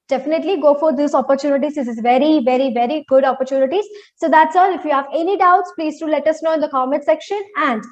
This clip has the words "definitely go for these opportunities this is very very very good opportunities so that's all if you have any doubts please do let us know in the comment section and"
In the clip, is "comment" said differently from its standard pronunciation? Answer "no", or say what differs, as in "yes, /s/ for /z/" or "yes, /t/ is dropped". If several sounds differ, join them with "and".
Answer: yes, /n/ is dropped